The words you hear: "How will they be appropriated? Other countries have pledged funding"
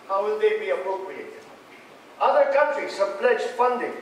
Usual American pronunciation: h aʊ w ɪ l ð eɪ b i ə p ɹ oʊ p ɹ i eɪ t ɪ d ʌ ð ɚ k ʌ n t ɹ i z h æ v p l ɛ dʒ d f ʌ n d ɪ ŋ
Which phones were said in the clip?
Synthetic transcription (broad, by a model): h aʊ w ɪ l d eɪ b i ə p oʊ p i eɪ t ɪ ʌ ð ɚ k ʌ n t ɹ i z h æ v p l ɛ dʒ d f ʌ n d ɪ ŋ